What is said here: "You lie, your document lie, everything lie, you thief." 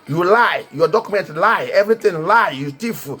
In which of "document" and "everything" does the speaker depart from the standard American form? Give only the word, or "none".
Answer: everything